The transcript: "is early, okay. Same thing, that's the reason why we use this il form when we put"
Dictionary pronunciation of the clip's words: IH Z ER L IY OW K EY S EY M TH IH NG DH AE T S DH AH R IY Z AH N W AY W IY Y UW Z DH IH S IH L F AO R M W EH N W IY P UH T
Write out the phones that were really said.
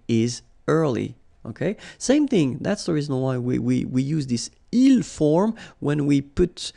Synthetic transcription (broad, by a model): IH Z ER L IY OW K EY S EY M TH IH NG DH AE T S DH AH R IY Z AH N W AY W IY Y UW Z DH IH S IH L F AO R M W EH N W IY P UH T